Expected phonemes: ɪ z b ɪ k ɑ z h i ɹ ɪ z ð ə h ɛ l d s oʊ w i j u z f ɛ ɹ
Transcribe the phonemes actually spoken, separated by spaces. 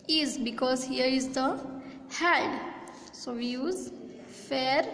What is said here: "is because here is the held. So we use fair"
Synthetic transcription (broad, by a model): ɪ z b ɪ k ɑ z h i ɹ ɪ z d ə h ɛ d s oʊ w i j u z f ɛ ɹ